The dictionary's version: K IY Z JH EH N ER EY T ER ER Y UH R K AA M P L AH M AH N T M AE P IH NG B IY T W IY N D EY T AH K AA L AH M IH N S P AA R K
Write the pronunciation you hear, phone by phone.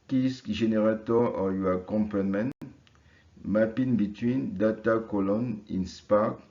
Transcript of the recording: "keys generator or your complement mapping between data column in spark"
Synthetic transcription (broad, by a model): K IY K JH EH N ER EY T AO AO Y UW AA K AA M P AH M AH N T M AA P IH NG B IY T W IY N D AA T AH K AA L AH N IH N S P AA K